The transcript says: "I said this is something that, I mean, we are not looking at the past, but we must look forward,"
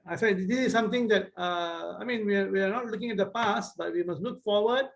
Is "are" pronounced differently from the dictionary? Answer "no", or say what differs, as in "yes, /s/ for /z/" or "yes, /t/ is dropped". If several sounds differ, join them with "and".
yes, /w/ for /ɹ/